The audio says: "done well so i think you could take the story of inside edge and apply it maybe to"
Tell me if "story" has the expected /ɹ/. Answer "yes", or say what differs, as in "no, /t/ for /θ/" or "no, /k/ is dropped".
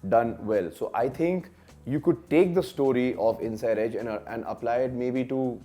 yes